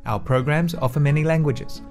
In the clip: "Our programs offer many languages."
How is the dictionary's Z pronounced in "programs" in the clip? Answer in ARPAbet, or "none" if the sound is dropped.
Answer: Z